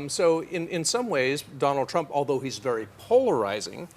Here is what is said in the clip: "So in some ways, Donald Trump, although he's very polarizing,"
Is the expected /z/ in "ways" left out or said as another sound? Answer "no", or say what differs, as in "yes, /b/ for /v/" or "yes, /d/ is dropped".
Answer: no